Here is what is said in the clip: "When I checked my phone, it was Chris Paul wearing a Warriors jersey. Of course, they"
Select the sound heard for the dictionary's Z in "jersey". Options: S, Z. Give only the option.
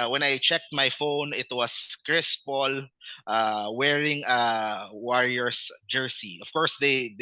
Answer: S